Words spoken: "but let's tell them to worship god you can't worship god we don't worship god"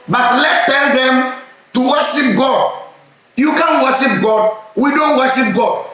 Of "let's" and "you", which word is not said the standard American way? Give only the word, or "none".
let's